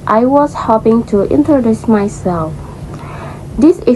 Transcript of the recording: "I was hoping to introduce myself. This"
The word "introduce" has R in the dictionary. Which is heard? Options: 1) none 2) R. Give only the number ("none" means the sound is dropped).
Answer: 2